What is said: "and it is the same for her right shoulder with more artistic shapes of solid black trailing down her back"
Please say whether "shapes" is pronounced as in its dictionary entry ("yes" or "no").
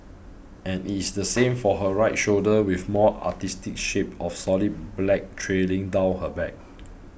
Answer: no